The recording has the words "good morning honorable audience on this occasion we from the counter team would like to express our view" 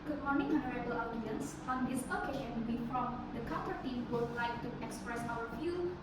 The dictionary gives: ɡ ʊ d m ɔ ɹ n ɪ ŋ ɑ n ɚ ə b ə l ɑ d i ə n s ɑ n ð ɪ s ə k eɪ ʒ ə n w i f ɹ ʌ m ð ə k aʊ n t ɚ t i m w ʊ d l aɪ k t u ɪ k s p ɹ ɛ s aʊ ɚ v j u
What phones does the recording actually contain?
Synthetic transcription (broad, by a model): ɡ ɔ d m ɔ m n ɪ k ɑ n ɚ ə b ə l ɑ d i ə n s ɑ n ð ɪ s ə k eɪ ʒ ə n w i f ɹ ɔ m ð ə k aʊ t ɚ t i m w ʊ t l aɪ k t u ɪ k s p ɹ ɛ s aʊ ɚ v j u